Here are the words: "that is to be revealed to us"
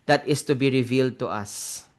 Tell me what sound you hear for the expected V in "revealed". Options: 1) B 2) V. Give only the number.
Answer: 2